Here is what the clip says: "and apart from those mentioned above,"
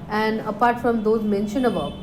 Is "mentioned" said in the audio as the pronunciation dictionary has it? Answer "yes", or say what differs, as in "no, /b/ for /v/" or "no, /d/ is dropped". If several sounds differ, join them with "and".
no, /d/ is dropped